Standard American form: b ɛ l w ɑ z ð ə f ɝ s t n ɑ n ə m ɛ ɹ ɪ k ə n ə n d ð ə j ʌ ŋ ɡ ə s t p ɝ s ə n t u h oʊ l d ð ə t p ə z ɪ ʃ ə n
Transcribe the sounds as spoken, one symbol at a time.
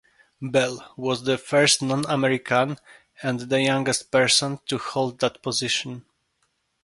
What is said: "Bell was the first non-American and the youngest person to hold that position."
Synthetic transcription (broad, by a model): b ɛ l w ɑ z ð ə f ɝ s t n ɑ n ə m ɛ ɹ ɪ k ə n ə n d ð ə j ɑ ŋ ɡ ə s t p ɝ s ə n t u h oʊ l d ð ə t p ə z ɪ ʃ ə n